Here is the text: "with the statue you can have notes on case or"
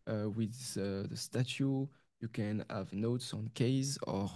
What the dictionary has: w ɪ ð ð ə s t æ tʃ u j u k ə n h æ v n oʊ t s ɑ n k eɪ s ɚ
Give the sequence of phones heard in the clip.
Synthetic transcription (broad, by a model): w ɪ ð ð ə s t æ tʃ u j u k ə n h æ v n oʊ t s ɑ n k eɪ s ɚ